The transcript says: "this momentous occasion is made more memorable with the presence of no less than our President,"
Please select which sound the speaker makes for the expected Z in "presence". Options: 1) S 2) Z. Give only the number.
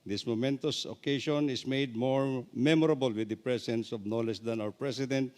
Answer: 1